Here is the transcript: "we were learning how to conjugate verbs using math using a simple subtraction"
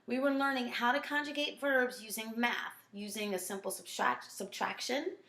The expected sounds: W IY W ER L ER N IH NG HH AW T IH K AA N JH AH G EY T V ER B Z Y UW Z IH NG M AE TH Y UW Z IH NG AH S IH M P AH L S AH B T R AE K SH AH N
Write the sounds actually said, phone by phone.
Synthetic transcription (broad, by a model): W IY W ER L ER N IH NG HH AW T IH K AA N JH AH G EY T V ER B Z Y UW Z IH NG M AE TH Y UW Z IH NG AH S IH M P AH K S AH B T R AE K SH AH N